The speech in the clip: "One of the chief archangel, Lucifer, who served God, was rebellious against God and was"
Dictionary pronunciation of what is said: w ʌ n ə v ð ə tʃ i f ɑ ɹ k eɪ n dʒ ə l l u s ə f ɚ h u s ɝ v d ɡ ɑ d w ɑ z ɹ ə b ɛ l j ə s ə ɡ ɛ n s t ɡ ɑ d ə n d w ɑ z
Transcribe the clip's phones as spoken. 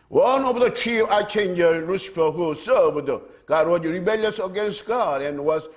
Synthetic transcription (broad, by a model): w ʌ n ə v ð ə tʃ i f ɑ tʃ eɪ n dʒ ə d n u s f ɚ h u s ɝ b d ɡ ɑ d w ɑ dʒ ɹ ə b ɛ l j ə s ə ɡ ɛ n s t ɡ ɑ d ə n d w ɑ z